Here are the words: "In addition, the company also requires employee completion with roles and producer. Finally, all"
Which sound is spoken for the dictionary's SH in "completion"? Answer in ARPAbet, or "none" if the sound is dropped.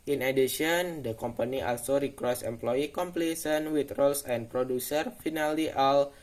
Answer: S